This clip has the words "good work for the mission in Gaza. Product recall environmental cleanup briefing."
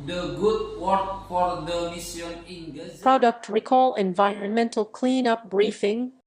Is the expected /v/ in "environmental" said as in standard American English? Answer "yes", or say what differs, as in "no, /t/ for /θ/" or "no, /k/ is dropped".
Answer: yes